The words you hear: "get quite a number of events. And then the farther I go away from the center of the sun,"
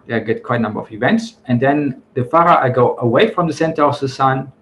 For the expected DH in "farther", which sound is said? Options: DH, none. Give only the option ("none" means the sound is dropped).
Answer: none